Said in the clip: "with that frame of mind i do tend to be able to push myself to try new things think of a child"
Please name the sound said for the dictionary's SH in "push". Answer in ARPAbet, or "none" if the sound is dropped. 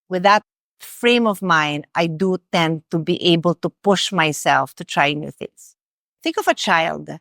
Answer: SH